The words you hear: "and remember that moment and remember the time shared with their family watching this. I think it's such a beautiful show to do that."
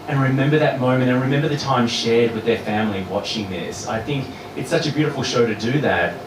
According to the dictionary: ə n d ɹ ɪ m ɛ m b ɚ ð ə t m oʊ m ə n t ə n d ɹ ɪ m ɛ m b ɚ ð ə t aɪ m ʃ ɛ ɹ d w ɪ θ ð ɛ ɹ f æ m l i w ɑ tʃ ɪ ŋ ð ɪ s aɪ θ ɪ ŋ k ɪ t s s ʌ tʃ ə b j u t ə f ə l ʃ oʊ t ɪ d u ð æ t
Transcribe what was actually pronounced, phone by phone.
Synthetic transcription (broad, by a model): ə n ɹ ɪ m ɛ m b ɚ ð ə t m oʊ m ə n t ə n ɹ ɪ m ɛ m b ɚ ð ə t aɪ m ʃ ɛ ɹ d w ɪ ð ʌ ɹ f æ m l i w ɑ tʃ ɪ ŋ ð ɪ s aɪ θ ɪ ŋ k ɪ t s s ʌ tʃ ə b j u t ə f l ʃ oʊ t ɪ d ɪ ð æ t